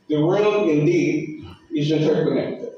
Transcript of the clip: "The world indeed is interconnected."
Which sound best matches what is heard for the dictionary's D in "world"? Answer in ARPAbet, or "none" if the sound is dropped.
none